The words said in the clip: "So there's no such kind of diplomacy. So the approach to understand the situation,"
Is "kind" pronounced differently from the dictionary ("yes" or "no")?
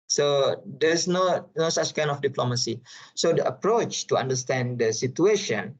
yes